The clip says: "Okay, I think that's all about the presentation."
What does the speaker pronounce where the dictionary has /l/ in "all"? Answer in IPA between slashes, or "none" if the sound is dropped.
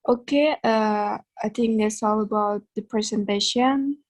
/l/